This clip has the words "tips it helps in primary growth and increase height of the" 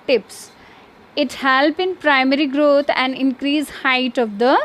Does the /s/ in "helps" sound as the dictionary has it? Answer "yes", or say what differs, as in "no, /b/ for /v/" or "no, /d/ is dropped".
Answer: no, /s/ is dropped